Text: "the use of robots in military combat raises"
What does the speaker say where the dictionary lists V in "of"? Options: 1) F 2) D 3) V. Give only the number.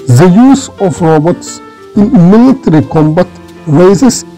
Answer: 1